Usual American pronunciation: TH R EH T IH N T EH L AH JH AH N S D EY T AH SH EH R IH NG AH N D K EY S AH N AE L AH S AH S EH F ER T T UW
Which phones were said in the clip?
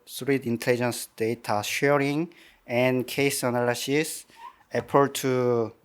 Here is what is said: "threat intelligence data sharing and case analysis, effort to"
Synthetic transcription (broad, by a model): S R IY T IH N T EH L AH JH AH N S D EY T AH SH EH R IH NG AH N K EY S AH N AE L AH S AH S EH P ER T T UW